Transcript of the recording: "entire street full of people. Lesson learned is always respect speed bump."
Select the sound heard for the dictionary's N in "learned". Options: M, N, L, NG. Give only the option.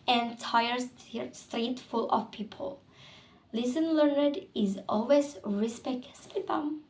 N